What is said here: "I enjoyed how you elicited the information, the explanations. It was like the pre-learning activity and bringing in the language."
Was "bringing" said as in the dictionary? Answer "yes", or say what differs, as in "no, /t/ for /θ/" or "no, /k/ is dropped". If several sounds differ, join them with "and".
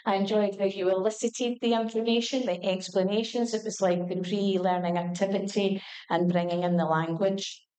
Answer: yes